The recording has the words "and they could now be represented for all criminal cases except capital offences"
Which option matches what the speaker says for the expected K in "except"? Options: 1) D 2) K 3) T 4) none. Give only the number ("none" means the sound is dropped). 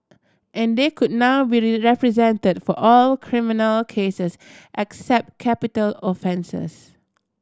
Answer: 2